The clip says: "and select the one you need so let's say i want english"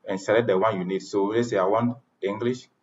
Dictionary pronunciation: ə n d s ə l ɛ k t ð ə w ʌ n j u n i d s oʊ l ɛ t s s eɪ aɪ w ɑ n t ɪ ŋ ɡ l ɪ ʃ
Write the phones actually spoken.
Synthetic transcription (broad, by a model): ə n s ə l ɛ t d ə w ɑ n j u n i d s oʊ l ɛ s s eɪ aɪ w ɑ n i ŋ ɡ l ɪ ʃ